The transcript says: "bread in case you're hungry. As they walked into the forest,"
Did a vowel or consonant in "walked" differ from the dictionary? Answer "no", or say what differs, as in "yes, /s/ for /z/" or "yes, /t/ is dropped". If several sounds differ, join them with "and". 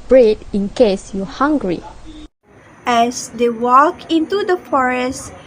yes, /t/ is dropped